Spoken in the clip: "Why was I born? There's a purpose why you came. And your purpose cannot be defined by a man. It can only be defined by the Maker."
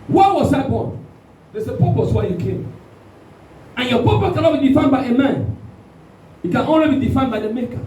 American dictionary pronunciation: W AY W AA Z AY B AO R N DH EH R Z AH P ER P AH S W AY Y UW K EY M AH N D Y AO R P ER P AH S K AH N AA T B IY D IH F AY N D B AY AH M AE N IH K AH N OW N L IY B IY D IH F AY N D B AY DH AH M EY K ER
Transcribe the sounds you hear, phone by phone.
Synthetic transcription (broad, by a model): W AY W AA S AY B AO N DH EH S AH P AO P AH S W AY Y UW K EY M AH N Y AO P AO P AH K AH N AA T B IY D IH F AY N B AY AH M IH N IH K AH N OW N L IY B IY D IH F AY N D B AY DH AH M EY K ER